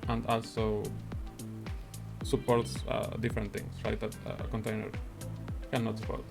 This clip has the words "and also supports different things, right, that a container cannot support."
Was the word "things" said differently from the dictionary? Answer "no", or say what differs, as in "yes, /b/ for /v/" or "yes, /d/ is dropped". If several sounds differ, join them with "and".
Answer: yes, /t/ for /θ/ and /s/ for /z/